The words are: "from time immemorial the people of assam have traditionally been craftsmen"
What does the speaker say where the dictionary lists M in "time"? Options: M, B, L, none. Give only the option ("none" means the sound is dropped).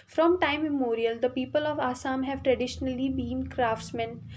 none